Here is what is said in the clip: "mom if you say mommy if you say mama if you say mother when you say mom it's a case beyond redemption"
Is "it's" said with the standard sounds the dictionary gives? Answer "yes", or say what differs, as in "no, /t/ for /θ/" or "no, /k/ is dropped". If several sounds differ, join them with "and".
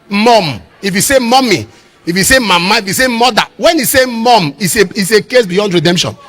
no, /s/ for /t/